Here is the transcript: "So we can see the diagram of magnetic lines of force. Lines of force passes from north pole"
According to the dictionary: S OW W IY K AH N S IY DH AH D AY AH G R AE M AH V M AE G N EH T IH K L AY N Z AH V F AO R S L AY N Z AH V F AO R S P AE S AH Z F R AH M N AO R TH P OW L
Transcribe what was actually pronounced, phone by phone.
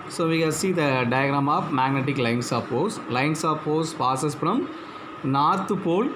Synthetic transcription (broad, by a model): S OW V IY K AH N S IY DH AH D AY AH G R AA M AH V M AE G N EH T IH K L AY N S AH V P AO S L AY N S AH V P AO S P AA S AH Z F R AH M N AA R T P OW L